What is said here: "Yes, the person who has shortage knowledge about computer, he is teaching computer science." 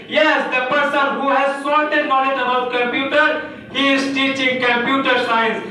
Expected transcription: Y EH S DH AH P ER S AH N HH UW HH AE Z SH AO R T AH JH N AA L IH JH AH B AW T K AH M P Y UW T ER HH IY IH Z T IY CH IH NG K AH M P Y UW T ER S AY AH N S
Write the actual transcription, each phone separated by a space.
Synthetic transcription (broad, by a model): Y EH S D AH P ER S AH N HH UW HH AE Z S AO L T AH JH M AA N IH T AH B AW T K AH M P Y UW T ER HH IY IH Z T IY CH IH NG K AH M P Y UW T ER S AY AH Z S